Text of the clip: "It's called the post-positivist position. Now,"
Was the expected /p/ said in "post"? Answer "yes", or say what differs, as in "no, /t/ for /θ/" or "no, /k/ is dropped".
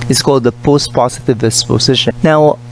yes